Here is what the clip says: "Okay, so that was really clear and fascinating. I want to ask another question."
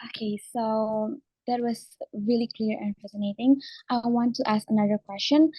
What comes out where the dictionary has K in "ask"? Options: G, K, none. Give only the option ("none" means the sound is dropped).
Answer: K